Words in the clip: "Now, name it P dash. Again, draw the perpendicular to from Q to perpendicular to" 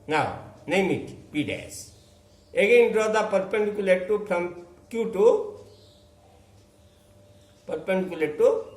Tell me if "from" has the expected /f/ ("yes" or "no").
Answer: no